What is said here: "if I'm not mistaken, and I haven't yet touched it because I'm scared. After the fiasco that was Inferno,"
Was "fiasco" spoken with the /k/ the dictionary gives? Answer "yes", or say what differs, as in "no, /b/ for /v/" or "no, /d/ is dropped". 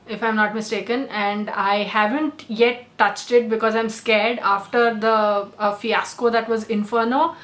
yes